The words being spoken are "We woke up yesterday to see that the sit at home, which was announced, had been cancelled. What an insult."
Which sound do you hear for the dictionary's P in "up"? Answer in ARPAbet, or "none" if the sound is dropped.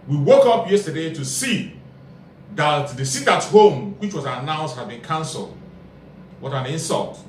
P